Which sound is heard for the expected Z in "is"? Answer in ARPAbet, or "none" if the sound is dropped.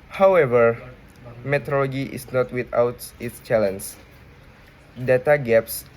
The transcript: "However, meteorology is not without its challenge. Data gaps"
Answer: S